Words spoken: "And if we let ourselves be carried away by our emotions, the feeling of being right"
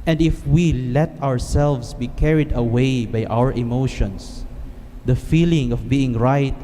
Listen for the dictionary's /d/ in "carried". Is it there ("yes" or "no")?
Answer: yes